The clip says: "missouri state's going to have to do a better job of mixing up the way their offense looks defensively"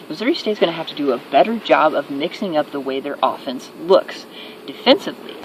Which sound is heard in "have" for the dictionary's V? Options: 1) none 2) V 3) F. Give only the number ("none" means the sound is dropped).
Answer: 3